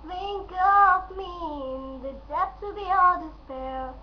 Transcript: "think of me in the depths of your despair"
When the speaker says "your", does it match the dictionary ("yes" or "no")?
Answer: no